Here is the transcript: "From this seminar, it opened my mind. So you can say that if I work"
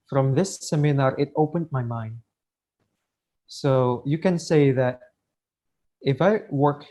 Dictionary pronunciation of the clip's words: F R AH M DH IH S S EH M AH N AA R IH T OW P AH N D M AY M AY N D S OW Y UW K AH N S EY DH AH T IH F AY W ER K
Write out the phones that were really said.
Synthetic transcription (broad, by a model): F R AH M DH IH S S EH M AH N AA R IH T OW P AH N D M AY M AY N D S OW Y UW K AH N S EY DH AH T IH F AY W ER K